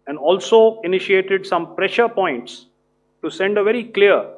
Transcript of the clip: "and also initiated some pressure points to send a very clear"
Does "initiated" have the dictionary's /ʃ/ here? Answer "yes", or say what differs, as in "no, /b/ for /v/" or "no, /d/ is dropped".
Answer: yes